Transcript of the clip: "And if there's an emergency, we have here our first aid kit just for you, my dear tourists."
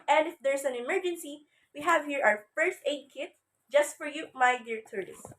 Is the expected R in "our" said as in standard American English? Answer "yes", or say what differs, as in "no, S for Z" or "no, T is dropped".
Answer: no, W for R